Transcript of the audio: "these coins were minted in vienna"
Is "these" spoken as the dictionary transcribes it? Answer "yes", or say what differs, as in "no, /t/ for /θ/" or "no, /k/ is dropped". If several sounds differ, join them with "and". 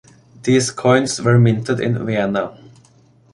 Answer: no, /s/ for /z/